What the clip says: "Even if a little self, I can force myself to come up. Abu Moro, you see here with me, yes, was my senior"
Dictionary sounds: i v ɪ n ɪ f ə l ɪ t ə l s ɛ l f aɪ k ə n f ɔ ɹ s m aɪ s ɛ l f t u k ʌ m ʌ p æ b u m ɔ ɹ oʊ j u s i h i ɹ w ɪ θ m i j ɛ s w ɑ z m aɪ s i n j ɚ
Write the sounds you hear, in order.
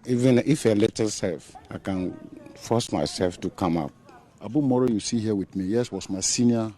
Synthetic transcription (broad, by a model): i v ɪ n ɪ f ə l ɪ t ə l s ɛ l f aɪ k ə n f ɔ s m aɪ s ɛ l f t u k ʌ m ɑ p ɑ b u m ɔ ɹ oʊ j u s i h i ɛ w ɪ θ m i j ɛ s w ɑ s m aɪ s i n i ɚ